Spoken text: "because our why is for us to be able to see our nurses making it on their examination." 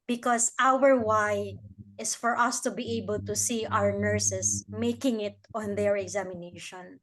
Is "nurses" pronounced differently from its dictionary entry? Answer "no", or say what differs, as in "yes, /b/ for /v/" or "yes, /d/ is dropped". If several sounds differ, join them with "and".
yes, /s/ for /z/